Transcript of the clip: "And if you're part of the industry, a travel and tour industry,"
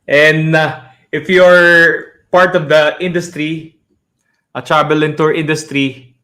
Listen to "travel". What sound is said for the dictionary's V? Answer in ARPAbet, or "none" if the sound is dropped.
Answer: B